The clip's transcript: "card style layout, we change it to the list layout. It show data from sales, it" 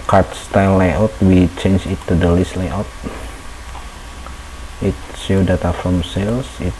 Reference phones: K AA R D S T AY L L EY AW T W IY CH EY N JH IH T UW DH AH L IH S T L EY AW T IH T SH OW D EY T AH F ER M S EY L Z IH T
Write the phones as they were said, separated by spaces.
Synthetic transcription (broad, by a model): K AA R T S T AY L L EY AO T W IY CH EY N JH IH T UW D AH L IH S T L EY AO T IH T S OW D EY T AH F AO M S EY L S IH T